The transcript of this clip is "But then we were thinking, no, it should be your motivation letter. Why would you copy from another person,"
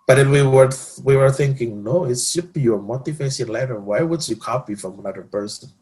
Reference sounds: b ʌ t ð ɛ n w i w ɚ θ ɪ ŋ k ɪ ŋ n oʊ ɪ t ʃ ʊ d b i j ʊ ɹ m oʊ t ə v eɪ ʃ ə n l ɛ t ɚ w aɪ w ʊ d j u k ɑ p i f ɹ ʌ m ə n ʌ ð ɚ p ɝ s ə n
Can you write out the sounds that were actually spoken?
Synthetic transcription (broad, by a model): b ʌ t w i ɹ w i w ɚ θ ɪ ŋ k ɪ ŋ n oʊ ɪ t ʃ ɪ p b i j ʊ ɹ m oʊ t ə f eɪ s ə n l ɛ t ɚ w aɪ w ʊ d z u k ɑ p i f ɹ ʌ m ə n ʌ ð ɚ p ɝ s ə n